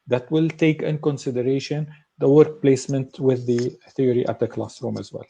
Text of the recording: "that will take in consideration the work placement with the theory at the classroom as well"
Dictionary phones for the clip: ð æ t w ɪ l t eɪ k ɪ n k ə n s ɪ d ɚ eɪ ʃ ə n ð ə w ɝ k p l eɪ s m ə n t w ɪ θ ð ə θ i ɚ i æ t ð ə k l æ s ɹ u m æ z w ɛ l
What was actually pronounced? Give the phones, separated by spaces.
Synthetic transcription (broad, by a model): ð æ t w ɪ l t eɪ k ɪ n k ə n s ɪ d ɚ eɪ ʃ ə n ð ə w ɝ k p l eɪ s m ə n t w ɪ ð ə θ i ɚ i æ t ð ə k l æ s ɹ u m æ z w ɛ l